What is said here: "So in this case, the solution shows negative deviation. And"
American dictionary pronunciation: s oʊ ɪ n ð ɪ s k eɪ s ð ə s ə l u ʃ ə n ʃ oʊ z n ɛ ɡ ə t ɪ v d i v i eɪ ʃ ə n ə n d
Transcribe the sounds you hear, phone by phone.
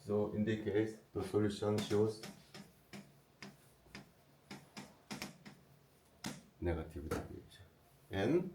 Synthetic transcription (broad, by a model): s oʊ ɪ n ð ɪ k eɪ s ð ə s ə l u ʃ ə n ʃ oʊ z n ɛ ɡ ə t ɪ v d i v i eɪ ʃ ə ə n